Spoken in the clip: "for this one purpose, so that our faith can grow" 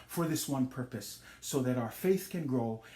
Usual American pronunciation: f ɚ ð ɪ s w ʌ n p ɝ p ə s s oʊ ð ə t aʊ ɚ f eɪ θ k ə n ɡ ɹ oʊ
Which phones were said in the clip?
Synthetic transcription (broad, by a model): f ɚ ð ɪ s w ʌ n p ɝ p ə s s oʊ ð ə t aʊ ɚ f eɪ θ k ə n ɡ ɹ oʊ